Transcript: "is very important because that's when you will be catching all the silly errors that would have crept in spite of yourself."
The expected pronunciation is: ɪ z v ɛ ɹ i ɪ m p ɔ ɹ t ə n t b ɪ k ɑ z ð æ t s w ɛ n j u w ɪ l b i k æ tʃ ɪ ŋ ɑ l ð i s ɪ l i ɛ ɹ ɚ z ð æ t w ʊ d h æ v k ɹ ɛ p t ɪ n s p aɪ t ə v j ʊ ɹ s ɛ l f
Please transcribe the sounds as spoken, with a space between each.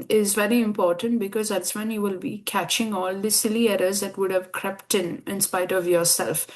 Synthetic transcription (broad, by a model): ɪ z v ɛ ɹ i ɪ m p ɔ ɹ t ə n t b ɪ k ɑ z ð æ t s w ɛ n j u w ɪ l b i k æ tʃ ɪ ŋ ɑ l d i s ɪ l i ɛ ɹ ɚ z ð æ t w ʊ d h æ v k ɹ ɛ p t ɪ n s p aɪ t ə v j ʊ ɹ s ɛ l f